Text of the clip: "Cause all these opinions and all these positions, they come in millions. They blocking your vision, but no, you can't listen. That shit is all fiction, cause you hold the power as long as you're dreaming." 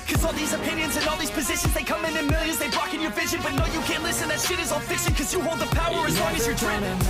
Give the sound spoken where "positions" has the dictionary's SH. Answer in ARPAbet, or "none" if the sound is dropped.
SH